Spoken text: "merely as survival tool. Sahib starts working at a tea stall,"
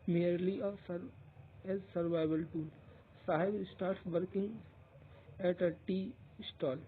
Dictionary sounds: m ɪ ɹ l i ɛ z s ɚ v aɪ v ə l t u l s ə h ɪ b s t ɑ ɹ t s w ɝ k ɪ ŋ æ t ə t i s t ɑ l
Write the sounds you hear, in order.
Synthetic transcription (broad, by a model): m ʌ ɹ l i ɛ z s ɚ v aɪ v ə l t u n s ə h ɪ b s t ɑ ɹ t s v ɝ k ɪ ŋ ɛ t ə t i s t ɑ l